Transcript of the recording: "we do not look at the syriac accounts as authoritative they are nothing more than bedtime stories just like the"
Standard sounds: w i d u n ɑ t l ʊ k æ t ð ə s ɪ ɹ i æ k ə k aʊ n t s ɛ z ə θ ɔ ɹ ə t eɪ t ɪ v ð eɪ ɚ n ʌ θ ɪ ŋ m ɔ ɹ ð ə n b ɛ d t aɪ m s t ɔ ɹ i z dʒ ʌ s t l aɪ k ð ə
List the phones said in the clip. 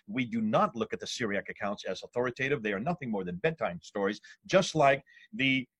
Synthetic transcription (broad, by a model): w i d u n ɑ t l ʊ k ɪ t ð ə s ɪ ɹ i æ k ə k aʊ n t s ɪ z ə θ ɔ ɹ ə t eɪ t ɪ v ð eɪ ɚ n ʌ θ ɪ ŋ m ɔ ɹ ð ə n b ɛ d t aɪ m s t ɔ ɹ i z dʒ ʌ s t l aɪ k ð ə